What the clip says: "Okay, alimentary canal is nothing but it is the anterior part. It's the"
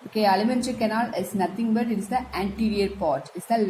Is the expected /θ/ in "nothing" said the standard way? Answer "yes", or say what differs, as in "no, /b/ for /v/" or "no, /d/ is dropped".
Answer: no, /t/ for /θ/